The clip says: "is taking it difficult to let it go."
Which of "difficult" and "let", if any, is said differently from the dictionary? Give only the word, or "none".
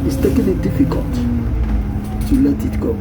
none